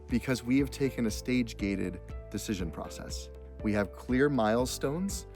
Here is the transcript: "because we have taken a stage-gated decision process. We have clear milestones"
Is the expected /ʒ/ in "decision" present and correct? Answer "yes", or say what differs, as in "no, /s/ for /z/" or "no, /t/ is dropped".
yes